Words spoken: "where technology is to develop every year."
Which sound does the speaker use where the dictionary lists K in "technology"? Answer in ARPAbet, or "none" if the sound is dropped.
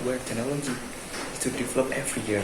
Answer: none